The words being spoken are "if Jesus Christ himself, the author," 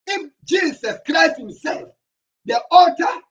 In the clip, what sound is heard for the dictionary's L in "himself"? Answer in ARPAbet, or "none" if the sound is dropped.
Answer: L